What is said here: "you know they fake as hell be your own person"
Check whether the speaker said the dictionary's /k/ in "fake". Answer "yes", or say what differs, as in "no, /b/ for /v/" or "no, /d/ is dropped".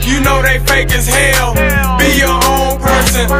yes